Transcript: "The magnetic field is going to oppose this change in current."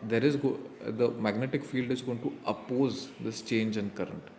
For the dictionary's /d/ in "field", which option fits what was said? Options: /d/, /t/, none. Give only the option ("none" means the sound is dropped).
/d/